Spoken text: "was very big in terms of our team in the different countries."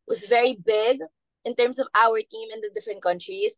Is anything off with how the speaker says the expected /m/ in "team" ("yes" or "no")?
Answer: no